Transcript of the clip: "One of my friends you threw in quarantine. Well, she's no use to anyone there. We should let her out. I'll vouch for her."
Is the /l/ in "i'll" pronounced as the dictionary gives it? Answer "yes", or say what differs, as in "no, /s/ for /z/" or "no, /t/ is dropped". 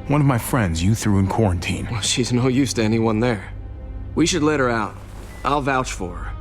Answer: yes